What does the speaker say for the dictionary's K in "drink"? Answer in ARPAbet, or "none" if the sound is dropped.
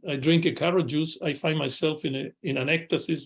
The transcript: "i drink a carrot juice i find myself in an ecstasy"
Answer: K